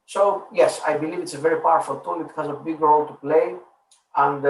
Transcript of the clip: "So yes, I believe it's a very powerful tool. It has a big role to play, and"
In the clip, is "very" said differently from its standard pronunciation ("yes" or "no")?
no